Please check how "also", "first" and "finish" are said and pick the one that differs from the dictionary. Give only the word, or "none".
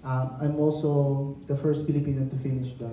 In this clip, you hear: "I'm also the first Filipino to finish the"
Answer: none